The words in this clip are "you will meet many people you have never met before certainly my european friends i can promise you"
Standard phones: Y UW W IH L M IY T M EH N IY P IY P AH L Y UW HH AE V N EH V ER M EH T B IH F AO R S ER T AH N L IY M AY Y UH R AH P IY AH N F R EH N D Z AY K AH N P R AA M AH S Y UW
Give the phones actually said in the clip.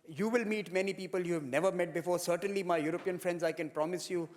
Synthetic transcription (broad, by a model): Y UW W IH L M IY T M EH N IY P IY P AH L Y UW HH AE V N EH V ER M EH T B IH F AO R S ER T AH N L IY M AY Y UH R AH P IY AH N F R EH N D Z AY K AH N P R AA M AH S Y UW